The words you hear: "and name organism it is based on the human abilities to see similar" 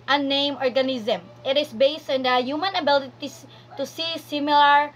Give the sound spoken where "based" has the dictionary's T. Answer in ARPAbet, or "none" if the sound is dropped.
T